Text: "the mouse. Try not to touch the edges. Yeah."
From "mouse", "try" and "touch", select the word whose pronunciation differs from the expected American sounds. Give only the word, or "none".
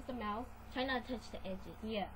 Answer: mouse